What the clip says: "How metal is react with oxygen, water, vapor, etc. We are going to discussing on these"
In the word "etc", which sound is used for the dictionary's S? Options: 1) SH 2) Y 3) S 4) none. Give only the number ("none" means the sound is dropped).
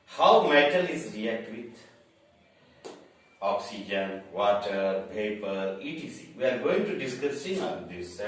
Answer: 4